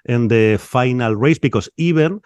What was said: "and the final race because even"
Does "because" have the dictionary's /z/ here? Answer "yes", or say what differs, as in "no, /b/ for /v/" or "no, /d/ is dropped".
no, /s/ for /z/